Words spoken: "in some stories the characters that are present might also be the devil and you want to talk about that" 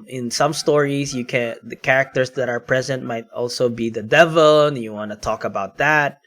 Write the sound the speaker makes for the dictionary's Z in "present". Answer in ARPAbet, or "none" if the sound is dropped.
Z